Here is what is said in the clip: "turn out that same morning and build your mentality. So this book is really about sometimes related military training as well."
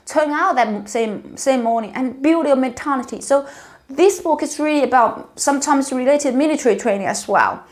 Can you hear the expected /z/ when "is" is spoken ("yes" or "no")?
no